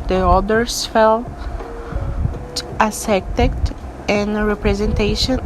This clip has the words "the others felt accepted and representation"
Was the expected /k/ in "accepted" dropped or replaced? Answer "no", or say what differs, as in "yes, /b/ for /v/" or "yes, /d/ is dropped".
yes, /k/ is dropped